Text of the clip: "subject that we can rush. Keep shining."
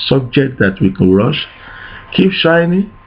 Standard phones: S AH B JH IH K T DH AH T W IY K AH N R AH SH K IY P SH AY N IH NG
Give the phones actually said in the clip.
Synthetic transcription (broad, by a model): S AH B JH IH K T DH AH T W IY K AH N R AH SH K IY P SH AY N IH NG